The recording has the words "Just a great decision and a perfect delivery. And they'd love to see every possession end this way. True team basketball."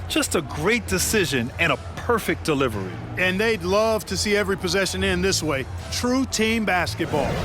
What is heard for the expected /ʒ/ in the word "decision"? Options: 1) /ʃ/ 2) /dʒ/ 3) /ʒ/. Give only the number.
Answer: 3